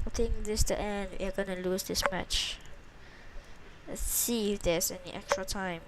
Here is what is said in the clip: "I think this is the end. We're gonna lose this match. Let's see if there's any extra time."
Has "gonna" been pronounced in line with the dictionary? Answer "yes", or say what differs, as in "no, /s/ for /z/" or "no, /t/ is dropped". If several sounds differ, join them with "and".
yes